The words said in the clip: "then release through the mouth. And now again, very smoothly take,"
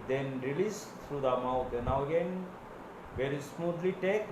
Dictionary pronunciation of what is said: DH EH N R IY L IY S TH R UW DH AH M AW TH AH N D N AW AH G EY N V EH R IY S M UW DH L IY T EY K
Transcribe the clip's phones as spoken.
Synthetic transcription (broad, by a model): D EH N R IY L IY S T R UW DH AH M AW T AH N N AW AH G EY N V EH R IY S M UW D L IY T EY K